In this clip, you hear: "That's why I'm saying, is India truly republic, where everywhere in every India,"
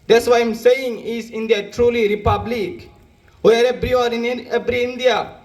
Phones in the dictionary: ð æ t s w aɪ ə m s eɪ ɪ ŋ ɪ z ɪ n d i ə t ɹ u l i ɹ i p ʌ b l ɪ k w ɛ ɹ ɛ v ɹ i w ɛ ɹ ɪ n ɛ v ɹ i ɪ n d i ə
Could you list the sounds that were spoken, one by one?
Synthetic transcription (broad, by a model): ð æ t s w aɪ ə m s eɪ ɪ ŋ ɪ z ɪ n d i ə t ɹ u l i ɹ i p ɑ b l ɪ k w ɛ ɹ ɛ b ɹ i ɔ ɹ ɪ n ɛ b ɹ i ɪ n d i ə